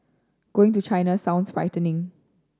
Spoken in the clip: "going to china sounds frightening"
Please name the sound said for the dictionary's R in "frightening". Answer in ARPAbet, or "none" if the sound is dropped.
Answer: R